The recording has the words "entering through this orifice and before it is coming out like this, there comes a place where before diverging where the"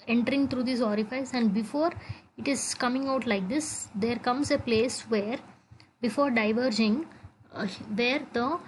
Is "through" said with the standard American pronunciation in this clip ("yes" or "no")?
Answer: no